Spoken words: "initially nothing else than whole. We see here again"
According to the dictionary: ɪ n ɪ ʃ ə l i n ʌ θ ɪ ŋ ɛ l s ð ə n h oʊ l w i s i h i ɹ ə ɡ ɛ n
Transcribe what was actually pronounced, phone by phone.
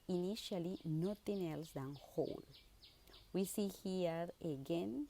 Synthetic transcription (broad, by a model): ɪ n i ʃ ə l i n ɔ t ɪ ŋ ɛ l s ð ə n h oʊ l w i s i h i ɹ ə ɡ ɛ n